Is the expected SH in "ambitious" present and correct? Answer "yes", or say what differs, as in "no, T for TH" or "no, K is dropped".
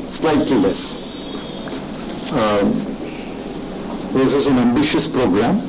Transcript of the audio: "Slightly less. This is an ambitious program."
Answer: yes